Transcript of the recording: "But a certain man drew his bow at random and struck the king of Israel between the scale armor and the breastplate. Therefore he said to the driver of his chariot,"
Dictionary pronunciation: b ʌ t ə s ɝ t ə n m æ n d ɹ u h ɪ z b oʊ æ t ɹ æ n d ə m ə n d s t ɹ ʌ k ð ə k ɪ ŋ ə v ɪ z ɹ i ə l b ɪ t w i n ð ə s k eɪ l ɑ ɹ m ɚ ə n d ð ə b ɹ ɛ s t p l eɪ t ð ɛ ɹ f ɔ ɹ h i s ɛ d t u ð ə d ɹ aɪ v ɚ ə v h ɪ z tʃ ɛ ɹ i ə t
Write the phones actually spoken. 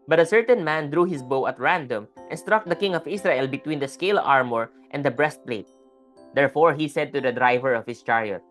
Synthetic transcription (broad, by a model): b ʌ t ə s ɝ t ə n m æ n d ɹ u h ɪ s b oʊ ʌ t ɹ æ n d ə m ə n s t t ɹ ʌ k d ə k ɪ ŋ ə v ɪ s ɹ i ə l b ɪ t w i n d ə s k eɪ l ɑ ɹ m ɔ ə n d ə b ɹ ɛ s t p l eɪ t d ɛ ɹ f ɔ ɹ h i s ɛ d t u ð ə d ɹ aɪ v ɚ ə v h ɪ s tʃ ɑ ɹ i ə t